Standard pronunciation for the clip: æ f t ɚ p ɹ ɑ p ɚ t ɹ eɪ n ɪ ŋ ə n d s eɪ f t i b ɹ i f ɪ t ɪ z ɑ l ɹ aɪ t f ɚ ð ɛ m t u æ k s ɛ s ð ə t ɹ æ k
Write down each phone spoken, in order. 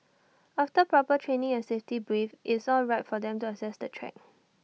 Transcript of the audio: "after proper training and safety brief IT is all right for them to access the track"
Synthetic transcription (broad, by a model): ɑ f t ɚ p ɹ ɑ p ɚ t ɹ eɪ n ɪ ŋ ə n s eɪ f t i b ɹ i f t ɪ s ɑ l ɹ aɪ t f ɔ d ɛ m t u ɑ s ɛ s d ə t ɹ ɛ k